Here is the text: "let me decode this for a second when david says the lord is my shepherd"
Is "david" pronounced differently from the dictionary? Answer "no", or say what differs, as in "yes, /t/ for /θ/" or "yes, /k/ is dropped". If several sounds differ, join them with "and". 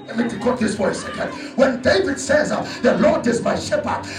no